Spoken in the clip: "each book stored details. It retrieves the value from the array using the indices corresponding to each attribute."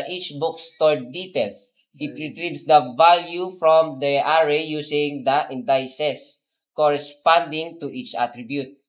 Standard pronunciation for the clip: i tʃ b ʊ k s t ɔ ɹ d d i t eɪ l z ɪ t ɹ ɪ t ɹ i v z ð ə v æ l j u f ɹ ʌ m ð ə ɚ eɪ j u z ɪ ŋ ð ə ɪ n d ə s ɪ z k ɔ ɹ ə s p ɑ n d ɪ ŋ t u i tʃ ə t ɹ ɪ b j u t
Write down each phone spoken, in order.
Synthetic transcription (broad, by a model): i tʃ b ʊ k s t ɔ ɹ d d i t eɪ l s ɪ t ɹ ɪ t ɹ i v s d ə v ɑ l j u f ɹ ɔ m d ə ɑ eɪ j u s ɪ ŋ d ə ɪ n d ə s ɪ s k ɔ ɹ ə s p ɑ n d ɪ ŋ t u i tʃ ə t ɹ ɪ b j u t